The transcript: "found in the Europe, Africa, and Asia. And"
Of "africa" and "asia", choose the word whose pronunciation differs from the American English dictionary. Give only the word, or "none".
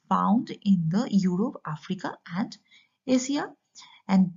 asia